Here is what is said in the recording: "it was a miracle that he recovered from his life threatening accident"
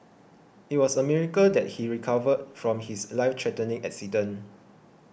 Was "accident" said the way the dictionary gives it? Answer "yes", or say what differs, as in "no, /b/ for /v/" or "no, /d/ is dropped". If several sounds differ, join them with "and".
no, /t/ is dropped